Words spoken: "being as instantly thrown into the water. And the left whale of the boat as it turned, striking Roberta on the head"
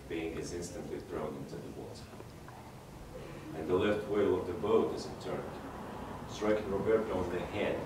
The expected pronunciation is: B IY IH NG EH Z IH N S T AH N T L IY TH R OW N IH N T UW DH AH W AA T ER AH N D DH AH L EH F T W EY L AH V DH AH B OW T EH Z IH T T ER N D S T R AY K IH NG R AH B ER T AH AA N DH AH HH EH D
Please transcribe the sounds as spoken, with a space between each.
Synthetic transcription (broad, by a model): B IY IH NG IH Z IH N S T AH N T L IY TH R OW N IH N T UW DH AH W AA T ER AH N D DH AH L EH F T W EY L AH V DH AH B OW T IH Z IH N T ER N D S T R AY K IH NG R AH B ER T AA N DH AH HH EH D